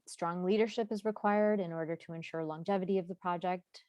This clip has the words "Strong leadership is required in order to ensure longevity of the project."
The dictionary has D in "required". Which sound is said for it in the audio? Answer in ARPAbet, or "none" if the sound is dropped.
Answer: D